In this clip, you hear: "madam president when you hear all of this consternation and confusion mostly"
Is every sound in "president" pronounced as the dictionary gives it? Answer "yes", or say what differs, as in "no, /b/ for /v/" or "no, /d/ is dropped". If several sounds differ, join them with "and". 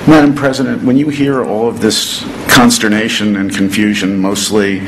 yes